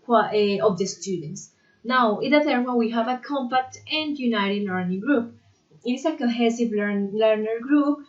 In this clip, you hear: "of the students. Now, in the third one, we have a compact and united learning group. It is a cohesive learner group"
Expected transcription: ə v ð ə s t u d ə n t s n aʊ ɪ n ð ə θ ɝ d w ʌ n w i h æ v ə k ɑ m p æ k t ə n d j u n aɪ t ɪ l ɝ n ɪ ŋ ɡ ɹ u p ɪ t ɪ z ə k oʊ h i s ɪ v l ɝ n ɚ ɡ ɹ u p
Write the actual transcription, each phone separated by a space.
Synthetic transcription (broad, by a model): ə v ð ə s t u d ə n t s n aʊ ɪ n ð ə t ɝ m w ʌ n w i h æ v ə k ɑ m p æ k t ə n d j u n aɪ t ɪ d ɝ n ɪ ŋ ɡ ɹ u p ɪ t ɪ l ə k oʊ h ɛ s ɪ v l ɝ n ɚ ɡ ɹ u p